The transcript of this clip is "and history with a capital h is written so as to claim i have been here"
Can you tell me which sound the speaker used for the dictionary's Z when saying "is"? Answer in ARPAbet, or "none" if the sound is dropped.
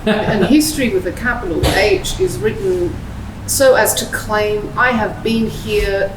Z